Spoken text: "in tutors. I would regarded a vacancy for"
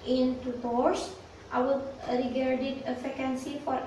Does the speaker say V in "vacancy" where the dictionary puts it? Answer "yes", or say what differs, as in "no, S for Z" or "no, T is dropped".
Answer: no, F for V